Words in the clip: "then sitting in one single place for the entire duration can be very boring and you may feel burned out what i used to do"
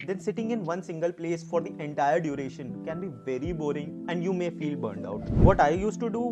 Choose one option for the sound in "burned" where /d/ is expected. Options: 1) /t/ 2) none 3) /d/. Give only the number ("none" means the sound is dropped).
3